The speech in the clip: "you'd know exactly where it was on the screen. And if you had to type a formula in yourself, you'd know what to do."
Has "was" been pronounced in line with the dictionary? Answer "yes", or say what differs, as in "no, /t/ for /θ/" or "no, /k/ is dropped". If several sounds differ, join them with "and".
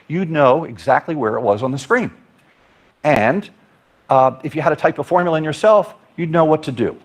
yes